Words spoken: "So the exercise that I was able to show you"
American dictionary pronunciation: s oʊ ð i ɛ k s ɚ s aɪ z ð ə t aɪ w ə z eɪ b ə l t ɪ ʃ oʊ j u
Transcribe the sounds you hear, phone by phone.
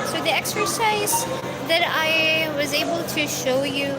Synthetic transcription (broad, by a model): s oʊ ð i ɛ k s ɚ s aɪ z ð ə t aɪ w ə z eɪ b ə l t ɪ ʃ oʊ j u